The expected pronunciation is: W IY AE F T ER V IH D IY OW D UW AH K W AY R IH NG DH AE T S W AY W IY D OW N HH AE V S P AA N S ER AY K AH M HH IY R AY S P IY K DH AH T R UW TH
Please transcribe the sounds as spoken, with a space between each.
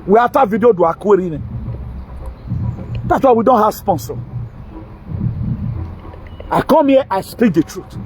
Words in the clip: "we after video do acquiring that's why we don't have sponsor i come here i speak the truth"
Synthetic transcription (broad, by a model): W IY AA T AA V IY D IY OW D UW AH K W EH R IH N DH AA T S W AY W IY D OW N HH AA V S P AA N S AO AY K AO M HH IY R AY S P IY K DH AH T R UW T